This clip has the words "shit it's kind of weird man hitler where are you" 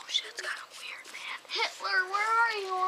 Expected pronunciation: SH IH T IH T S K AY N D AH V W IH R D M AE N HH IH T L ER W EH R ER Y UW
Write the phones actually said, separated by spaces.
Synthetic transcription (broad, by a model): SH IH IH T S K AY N AH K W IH R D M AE HH IH T L ER W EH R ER Y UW